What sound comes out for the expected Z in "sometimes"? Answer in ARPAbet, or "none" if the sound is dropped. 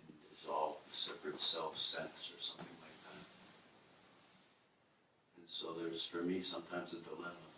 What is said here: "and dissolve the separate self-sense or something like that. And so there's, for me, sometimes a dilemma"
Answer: Z